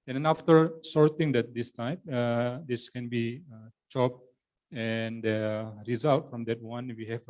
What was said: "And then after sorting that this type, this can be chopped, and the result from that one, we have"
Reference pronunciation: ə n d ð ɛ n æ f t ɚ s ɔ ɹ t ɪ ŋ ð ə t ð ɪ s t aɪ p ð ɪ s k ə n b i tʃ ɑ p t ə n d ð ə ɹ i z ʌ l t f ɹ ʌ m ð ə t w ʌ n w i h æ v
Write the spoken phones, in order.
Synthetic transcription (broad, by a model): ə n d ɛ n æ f t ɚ s ɔ ɹ t ɪ ŋ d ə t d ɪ s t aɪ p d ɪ s k ə n b i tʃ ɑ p ə n d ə ɹ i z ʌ l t f ɹ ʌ m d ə t w ʌ n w i h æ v